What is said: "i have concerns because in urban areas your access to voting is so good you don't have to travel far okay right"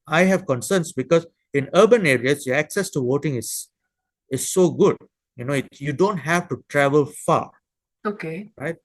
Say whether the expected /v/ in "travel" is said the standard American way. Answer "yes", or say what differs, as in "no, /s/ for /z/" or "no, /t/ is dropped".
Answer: yes